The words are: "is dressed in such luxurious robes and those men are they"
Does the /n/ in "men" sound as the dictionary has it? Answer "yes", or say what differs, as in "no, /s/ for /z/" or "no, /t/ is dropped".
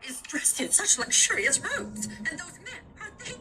no, /n/ is dropped